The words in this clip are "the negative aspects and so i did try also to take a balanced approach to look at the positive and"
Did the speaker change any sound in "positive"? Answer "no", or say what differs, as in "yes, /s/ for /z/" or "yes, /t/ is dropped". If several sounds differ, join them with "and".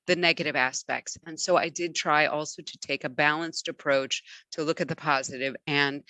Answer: no